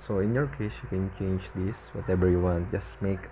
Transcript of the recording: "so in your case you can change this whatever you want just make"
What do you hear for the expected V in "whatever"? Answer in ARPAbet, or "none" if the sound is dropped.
B